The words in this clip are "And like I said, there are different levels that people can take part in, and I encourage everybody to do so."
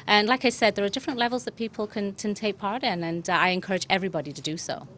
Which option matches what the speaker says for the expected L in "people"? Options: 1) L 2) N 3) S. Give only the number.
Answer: 2